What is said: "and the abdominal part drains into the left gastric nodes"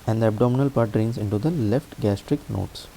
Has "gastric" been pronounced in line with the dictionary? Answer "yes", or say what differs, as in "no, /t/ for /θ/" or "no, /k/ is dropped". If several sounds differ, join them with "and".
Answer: yes